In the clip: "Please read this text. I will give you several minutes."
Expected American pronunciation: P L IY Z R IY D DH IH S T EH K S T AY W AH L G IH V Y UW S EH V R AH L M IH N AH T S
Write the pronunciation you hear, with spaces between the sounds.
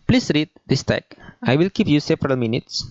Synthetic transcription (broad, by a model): P L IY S R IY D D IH S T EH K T AY W AH L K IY P Y UW S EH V R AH L M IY N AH T S